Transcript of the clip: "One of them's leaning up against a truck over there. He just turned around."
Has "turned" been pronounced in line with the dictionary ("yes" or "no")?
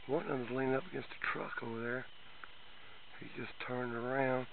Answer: yes